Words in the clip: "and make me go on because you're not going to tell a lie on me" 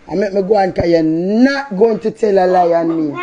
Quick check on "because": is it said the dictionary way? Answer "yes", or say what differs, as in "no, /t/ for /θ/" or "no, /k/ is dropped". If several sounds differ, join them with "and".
no, /z/ is dropped